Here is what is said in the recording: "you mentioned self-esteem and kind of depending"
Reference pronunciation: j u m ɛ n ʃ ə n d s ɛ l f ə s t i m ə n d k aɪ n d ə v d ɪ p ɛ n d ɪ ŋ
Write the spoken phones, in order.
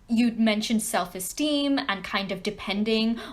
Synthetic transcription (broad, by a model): j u m ɛ n ʃ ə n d s ɛ l f ə s t i m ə n k aɪ n d ə v d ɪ p ɛ n d ɪ ŋ